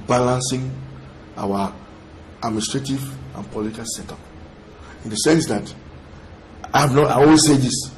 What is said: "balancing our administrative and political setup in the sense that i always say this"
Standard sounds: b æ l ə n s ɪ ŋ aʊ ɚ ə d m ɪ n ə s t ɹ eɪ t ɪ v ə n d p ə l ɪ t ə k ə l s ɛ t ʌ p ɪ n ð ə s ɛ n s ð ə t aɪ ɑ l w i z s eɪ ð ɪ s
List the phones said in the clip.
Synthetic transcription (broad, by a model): b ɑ l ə n s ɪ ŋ aʊ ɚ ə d m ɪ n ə s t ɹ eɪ t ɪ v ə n p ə l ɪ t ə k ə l s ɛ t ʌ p ɪ n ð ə s ɛ n s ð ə t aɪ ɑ n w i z s eɪ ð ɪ s